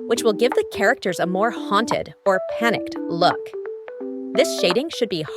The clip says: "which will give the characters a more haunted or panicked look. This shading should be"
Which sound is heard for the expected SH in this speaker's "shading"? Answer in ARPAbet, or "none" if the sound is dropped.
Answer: SH